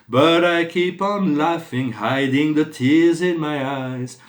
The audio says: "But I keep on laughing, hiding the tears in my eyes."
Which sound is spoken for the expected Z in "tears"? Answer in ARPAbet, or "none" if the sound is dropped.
Z